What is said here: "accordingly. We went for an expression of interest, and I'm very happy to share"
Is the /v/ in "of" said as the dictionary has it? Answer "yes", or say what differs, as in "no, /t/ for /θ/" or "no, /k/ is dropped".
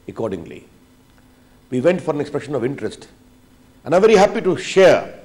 yes